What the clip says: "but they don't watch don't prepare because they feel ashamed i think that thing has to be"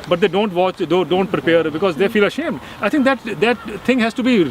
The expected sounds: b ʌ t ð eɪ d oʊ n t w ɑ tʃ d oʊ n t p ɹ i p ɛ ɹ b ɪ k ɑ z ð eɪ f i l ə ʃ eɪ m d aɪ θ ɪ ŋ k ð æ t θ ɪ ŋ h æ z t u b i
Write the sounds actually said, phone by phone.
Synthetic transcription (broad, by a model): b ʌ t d eɪ d oʊ n t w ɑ tʃ d oʊ n t p ɹ i p ɛ ɹ b ɪ k ɑ z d eɪ f i l ə ʃ eɪ m d aɪ t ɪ ŋ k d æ t t ɪ ŋ h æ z t u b i